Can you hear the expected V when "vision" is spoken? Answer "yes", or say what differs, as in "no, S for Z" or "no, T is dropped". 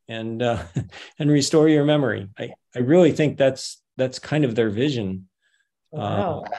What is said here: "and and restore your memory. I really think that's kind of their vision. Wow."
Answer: yes